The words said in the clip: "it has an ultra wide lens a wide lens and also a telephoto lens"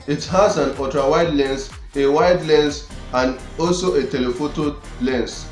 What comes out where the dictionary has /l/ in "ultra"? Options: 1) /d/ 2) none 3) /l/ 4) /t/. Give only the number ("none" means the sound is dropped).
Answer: 2